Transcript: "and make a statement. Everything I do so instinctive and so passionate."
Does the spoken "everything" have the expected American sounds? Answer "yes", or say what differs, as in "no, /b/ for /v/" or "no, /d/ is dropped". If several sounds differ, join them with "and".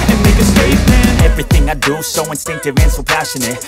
yes